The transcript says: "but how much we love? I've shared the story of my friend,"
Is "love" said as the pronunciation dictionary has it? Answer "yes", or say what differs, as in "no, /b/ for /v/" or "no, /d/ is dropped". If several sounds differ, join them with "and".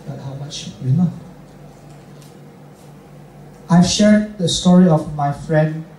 no, /v/ is dropped